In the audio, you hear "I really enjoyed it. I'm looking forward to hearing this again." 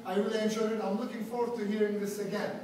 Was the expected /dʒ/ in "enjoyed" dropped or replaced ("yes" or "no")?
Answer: yes